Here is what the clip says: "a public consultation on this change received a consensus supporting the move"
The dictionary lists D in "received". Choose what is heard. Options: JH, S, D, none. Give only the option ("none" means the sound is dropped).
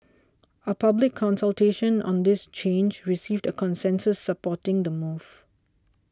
D